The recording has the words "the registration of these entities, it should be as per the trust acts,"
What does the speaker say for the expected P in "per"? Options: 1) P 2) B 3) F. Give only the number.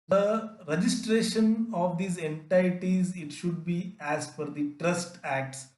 3